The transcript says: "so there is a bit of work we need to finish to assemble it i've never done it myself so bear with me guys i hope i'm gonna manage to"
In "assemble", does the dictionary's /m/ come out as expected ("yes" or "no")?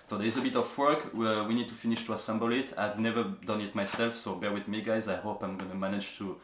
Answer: yes